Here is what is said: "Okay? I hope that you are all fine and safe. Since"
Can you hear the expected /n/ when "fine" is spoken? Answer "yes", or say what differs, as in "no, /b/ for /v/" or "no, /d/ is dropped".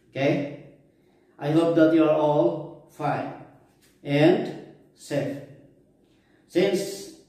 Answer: no, /n/ is dropped